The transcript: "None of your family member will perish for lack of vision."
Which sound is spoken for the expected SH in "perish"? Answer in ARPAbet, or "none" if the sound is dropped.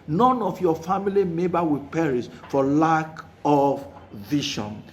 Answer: S